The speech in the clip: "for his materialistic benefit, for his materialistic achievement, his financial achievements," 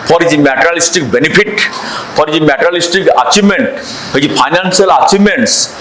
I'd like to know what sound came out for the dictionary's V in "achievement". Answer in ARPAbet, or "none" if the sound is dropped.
none